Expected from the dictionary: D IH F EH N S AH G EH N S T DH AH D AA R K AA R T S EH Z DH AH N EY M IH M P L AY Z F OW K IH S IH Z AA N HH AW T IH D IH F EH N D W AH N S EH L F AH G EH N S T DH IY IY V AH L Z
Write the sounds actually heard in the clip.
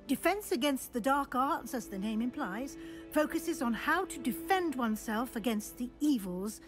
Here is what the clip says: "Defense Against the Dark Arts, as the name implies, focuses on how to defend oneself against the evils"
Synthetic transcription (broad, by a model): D IH F EH N S AH G EH N S T DH AH D AA R K AA R T S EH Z DH AH N EY M IH M P L AY Z F OW K IH S IH Z N HH AW T IH D IH F EH N D W AH N S EH L F AH G EH N S T DH IY IY V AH L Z